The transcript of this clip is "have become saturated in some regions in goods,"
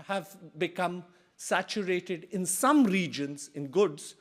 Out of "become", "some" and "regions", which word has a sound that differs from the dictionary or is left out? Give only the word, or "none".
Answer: none